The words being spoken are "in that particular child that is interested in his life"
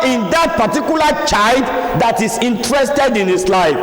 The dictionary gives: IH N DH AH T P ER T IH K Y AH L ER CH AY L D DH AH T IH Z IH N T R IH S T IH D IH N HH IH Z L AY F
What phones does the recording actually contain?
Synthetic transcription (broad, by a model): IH N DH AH T P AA T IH K Y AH L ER CH AY L D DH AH T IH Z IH N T R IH S T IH D IH N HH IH S L AY F